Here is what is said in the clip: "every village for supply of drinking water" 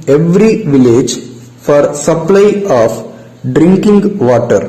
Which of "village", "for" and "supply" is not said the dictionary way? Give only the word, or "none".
none